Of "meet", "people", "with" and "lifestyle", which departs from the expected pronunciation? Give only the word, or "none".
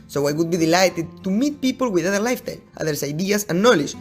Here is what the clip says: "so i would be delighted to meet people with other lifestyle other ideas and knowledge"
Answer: lifestyle